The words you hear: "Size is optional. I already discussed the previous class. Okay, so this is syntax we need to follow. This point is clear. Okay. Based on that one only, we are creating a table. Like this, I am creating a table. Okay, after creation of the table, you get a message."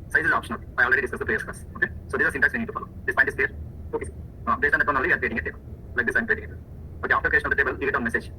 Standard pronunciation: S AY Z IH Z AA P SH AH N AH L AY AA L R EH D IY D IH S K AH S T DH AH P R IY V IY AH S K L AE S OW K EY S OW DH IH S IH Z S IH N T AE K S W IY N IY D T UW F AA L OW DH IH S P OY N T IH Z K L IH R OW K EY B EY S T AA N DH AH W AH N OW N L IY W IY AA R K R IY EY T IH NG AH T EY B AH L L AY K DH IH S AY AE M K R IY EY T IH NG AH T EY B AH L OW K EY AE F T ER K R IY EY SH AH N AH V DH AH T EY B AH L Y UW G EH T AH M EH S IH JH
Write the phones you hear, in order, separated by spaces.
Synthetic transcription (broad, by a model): S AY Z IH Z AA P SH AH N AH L AY AA L R EH D IY D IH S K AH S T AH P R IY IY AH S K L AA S OW K EY S OW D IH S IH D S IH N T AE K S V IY N IY D T UW F AA L OW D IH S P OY T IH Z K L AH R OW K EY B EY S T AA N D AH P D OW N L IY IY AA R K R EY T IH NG AH T EY B AH L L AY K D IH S AY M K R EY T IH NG AH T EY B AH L OW K EY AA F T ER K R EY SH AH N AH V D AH T EY B AH L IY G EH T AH M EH S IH JH